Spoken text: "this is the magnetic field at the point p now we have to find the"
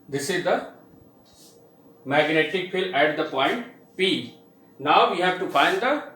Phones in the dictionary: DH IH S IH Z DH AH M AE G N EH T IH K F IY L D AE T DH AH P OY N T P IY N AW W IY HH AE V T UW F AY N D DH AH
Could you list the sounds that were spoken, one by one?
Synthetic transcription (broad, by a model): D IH S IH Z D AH M AE G N EH T IH K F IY L AE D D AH P OY N T P IY N AW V IY HH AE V T UW F AY N D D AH